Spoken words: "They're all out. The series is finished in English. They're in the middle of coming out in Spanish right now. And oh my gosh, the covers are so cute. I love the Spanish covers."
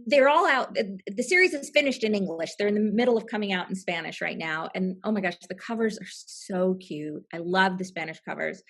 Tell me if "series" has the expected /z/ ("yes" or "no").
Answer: yes